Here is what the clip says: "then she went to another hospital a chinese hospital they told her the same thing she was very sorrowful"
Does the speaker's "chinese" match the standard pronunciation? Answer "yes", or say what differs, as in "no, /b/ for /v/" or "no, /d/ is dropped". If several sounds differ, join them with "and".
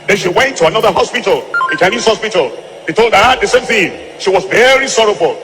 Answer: no, /s/ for /z/